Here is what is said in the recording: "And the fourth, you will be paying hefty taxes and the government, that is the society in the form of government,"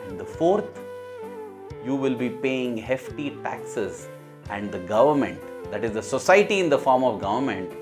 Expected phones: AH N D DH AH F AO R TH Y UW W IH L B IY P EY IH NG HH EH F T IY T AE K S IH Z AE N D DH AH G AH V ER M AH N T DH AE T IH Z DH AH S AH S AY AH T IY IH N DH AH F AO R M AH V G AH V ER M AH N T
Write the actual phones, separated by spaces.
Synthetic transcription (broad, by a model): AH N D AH F AO R T Y UW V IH L B IY P EY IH NG HH EH F T IY T AE K S IH Z AE N D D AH G AH V ER M AH N T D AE T IH Z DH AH S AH S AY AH T IY IH N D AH F AO R M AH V G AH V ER M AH N T